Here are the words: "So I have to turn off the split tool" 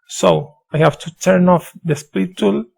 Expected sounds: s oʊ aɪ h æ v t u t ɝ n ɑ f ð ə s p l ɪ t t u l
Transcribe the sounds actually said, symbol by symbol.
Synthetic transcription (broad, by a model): s oʊ aɪ h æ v t u t ɝ n ɑ f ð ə s p ɪ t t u l